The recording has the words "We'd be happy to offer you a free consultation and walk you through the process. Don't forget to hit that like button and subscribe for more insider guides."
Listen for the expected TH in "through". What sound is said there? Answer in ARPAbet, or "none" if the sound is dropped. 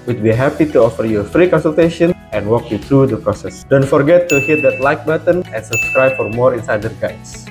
T